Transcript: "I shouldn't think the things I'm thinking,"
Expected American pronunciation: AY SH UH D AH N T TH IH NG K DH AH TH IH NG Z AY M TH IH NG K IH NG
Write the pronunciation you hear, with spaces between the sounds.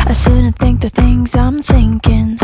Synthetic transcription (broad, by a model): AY S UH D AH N TH IH NG K DH AH TH IH NG Z AY M TH IH NG K IH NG